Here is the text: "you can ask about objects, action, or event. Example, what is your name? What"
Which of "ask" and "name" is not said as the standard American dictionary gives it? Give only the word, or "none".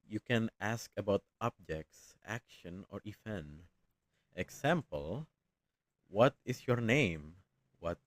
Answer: none